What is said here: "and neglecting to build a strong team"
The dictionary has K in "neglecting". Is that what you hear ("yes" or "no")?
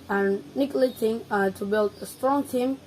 no